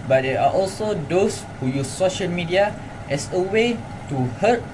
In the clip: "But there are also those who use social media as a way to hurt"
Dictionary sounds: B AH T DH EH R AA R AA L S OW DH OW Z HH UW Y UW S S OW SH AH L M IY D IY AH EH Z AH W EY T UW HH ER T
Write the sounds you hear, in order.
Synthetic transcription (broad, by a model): B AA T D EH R AA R AA L S OW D OW S HH UW Y UW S S OW SH AH L M IY D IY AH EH S AH W EY T UW HH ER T